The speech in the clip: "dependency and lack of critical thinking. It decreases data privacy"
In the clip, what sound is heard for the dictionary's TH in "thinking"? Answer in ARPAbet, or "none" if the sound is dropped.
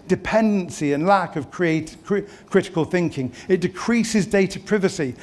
TH